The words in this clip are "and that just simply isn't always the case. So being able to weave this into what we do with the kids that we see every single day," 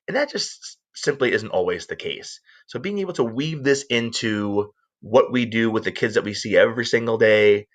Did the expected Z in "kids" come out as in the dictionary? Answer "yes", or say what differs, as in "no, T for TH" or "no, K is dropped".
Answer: yes